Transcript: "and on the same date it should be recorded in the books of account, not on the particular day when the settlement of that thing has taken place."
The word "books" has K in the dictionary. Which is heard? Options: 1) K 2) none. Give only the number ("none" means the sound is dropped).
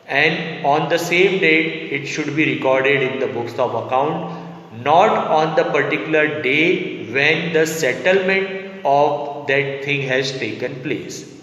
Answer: 1